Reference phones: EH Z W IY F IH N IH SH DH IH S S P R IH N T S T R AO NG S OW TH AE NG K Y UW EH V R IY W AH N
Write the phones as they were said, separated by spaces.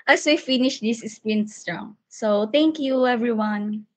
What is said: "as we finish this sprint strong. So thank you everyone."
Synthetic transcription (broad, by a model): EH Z W IY F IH N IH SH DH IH S S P IH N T S T R AO NG S OW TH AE NG K Y UW EH V R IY W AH N